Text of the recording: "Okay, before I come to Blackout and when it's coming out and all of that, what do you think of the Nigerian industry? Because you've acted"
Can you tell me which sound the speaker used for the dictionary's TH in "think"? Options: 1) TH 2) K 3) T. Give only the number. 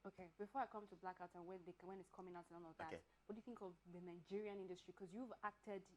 1